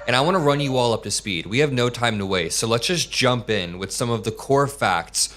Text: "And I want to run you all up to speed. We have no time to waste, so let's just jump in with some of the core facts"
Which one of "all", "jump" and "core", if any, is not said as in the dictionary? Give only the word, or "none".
none